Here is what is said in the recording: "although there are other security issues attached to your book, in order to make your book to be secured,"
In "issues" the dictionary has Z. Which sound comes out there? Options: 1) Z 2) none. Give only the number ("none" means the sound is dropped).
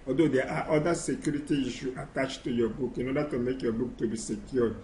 2